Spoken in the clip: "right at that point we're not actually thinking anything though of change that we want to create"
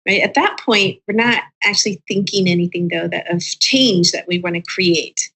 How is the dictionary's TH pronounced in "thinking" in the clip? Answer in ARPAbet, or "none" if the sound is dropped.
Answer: TH